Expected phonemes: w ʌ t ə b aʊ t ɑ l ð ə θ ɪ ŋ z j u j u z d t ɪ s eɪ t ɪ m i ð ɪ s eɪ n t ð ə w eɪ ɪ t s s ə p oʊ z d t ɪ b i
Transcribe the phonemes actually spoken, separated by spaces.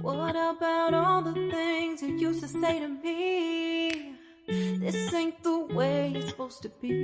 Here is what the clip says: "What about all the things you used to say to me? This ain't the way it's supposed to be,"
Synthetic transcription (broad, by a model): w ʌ t ə b aʊ t ɑ l ð ə θ ɪ ŋ z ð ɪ j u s t ɪ s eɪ t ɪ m i ð ɪ s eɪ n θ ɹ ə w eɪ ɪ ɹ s s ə p oʊ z t ɪ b i